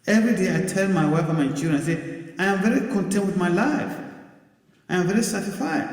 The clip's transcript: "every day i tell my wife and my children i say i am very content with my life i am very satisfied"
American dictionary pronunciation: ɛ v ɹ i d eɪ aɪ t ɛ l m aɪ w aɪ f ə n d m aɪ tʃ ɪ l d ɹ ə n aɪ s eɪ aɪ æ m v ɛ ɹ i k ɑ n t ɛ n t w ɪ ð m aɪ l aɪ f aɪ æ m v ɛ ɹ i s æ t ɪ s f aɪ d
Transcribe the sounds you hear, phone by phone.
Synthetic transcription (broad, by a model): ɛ v ɹ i d eɪ aɪ t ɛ n m aɪ w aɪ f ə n m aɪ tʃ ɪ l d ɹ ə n aɪ s eɪ aɪ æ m v ɛ ɹ i k ɑ n t ɛ n t w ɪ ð m aɪ l aɪ f aɪ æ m v ɛ ɹ i s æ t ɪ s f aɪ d